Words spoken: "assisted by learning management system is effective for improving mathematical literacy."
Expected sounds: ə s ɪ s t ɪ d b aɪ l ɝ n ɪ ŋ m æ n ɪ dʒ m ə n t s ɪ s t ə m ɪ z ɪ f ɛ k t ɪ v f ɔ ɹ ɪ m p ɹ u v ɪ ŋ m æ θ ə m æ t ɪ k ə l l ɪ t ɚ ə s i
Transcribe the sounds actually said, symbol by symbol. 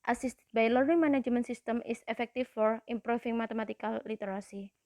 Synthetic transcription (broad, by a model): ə s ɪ s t b aɪ l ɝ ɪ ŋ m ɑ n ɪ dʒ m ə n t s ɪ s t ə m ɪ s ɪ f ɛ k t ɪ f ɔ ɹ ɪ m p ɹ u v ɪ ŋ m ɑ t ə m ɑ t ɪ k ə l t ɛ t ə s i